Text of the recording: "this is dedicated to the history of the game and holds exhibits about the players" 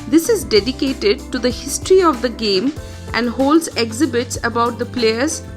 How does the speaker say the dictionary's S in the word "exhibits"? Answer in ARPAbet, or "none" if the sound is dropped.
S